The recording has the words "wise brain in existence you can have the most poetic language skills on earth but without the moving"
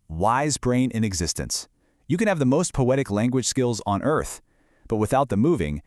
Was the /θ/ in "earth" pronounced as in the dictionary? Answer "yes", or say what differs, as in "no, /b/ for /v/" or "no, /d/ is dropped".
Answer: yes